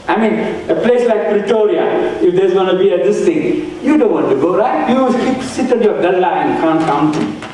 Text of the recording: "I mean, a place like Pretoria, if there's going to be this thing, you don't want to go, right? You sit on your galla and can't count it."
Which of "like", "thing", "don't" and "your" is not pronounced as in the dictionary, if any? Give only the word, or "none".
thing